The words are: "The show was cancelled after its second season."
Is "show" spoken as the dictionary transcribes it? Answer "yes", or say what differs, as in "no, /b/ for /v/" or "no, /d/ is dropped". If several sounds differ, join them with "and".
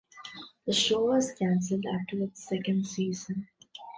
yes